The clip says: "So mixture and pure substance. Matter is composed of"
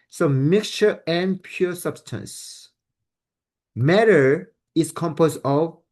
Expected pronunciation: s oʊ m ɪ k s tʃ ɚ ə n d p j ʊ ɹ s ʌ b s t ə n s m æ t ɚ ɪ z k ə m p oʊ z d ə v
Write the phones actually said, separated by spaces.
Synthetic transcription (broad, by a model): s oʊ m ɪ k s tʃ ɚ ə n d p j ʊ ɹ s ʌ b s t ə n s m æ t ɚ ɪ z k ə m p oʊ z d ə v